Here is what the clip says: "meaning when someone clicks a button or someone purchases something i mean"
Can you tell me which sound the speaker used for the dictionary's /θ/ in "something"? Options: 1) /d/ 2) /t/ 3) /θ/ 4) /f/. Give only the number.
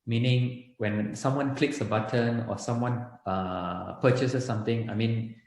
2